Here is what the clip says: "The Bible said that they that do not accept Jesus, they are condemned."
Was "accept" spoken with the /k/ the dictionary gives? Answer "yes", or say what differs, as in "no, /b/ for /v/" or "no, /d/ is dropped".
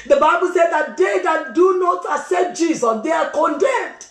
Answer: no, /k/ is dropped